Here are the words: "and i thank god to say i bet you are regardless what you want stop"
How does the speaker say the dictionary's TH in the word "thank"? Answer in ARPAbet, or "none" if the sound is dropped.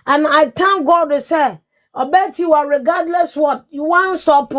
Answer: T